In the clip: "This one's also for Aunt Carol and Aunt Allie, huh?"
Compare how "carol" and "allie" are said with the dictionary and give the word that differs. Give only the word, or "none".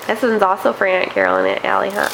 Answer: none